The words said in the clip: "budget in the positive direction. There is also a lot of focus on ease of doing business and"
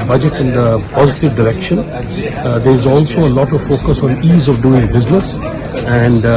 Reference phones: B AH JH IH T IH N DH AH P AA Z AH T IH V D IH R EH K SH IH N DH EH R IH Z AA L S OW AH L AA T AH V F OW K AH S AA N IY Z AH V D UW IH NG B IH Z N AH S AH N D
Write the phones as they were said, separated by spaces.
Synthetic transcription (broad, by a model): B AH JH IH T IH N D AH P AA Z AH T IH V D IH R EH K SH IH N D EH R IH Z AA L S OW AH L AA T AH V F OW K AH S AA N IY Z AH V D UW IH NG B IH Z N AH S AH N D